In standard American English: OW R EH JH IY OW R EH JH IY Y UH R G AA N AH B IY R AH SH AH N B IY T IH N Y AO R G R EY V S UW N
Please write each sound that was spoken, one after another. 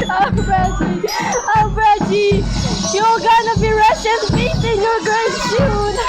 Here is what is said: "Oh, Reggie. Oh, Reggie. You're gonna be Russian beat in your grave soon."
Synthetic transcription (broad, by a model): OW R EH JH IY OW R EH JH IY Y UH L G AA N AH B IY R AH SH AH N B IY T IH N Y AO R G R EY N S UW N